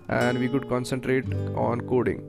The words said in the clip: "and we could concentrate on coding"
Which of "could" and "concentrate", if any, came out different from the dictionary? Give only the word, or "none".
none